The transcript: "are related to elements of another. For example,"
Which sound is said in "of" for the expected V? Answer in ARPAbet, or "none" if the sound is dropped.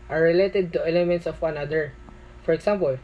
W